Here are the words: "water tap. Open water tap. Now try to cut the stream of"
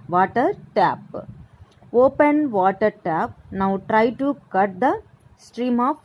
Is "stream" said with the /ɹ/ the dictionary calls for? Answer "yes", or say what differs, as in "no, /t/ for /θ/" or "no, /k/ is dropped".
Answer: yes